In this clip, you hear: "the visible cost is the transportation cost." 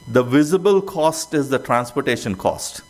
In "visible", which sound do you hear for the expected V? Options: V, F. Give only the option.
V